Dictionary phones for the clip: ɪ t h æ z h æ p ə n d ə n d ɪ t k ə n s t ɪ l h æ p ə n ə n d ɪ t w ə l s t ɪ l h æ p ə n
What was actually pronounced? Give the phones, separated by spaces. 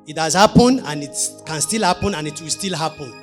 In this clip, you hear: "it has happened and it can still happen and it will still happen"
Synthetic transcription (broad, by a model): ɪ t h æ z h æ p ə n ə n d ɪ t k ə n s t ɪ l h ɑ p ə n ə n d ɪ t w ə l s t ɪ l h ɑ p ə n